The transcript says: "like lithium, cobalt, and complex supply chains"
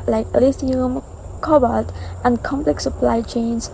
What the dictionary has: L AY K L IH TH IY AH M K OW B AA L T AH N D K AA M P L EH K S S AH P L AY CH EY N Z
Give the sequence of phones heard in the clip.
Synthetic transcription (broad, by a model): L AY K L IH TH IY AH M K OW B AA T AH N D K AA M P L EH K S S AH P L AY CH EY N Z